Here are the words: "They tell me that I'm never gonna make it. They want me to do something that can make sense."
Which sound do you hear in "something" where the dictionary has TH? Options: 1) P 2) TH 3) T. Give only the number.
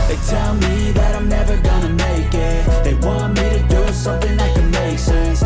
2